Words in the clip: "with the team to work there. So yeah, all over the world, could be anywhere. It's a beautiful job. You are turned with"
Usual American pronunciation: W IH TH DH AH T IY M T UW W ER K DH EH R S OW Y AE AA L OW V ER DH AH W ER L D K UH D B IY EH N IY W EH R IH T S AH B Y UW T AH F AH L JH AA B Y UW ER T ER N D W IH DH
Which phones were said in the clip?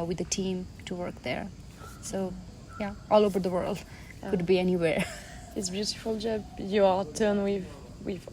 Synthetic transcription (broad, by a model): W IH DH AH T IY M T UW W ER K DH EH R S OW Y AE AA L OW V ER DH AH W ER L D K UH D B IY EH N IY W EH R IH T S B Y UW T AH F AH L JH AA B Y UW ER T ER N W W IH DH